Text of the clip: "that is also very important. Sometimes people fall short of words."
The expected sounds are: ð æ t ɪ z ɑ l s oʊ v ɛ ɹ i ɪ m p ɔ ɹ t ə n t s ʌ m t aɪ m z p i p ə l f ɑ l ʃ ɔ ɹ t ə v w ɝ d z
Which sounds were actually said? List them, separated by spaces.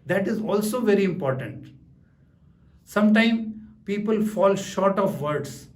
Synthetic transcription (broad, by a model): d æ t ɪ z ɑ l s oʊ v ɛ ɹ i ɪ m p ɔ ɹ t ə n t s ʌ m t aɪ m p i p ə l f ɑ l ʃ ɔ ɹ t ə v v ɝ d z